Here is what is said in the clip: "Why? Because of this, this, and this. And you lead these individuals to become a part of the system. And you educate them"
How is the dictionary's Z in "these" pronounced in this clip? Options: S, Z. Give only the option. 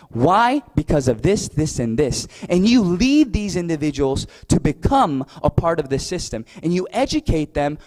Z